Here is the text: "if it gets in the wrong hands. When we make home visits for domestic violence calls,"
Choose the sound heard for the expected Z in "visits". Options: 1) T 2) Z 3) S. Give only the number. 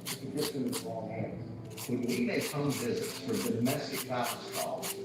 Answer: 2